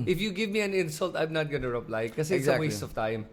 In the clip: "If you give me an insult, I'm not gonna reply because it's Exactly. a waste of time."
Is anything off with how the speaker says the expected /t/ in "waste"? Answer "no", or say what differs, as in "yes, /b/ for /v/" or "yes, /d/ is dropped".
yes, /t/ is dropped